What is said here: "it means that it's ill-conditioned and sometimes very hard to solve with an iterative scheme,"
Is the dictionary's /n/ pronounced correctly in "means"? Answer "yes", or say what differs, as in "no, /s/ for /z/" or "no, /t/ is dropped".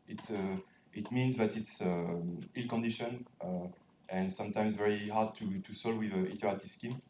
yes